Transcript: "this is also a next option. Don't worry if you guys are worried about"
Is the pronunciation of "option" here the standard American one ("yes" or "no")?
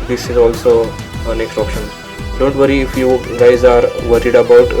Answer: yes